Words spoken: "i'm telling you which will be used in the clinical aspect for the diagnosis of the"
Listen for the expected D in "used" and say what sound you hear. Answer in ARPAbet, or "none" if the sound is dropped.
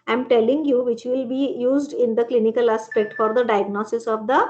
D